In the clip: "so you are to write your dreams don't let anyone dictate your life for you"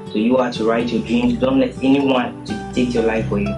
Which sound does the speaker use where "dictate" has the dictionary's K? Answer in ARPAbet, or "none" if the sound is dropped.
none